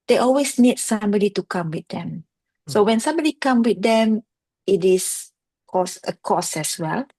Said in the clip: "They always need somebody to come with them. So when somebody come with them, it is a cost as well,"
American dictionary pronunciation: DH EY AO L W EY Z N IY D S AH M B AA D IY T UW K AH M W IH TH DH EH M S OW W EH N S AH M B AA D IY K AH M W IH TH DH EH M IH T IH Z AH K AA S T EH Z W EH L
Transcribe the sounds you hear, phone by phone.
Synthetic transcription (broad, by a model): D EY AO L W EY S N IY D S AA M B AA D IY T UW K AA M W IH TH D EH M S OW W EH N S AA M B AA D IY K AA M W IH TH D EH M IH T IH S AH K AA S EH S W EH L